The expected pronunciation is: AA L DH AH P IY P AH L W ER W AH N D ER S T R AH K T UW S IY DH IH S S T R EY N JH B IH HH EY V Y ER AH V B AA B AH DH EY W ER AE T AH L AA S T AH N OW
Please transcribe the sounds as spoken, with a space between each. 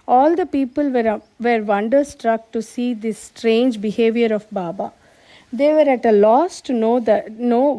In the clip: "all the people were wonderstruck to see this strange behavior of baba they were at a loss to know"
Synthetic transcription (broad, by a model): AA L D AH P IY P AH L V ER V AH N D ER S T R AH K T UW S IY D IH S S T R EY N JH B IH HH EY V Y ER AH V B AA B AH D EY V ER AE T AH L AA S T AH N OW